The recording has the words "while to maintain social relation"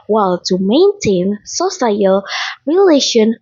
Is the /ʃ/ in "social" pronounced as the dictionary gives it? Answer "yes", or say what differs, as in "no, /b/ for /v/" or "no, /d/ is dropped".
no, /s/ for /ʃ/